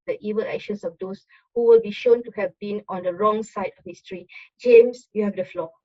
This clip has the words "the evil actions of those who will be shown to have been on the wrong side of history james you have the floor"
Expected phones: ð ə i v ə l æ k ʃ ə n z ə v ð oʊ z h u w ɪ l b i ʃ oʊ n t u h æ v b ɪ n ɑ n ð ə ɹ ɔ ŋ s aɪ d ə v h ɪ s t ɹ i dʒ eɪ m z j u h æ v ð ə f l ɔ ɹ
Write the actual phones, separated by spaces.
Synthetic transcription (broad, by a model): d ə i v ə l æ k ʃ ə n s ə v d oʊ s h u w ɪ l b i ʃ oʊ n t u h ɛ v b ɪ n ɑ n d ə ɹ ɔ ŋ s aɪ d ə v h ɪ s t ɹ i dʒ eɪ m s j u h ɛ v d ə f l ɔ